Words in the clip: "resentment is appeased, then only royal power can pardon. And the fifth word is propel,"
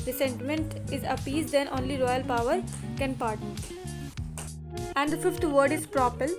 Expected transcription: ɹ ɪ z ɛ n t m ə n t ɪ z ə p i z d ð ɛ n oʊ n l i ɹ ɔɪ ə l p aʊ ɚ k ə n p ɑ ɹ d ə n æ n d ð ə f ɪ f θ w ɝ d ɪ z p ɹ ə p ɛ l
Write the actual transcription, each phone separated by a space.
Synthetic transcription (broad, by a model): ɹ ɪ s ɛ n t m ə n t ɪ z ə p i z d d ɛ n oʊ n l i ɹ ɔɪ ə l p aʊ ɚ k ə n p ɑ ɹ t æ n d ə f ɪ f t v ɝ d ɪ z p ɹ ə p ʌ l